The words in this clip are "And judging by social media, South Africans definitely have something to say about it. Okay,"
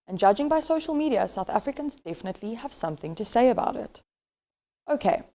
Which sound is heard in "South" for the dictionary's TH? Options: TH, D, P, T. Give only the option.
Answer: TH